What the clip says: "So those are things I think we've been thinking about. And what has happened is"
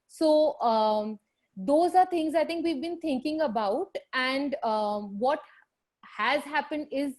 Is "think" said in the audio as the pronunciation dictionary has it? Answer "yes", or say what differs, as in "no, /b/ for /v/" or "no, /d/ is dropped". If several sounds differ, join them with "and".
no, /t/ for /θ/